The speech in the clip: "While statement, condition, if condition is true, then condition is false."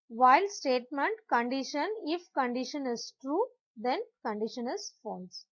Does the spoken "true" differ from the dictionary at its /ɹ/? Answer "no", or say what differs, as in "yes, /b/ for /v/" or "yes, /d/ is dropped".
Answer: no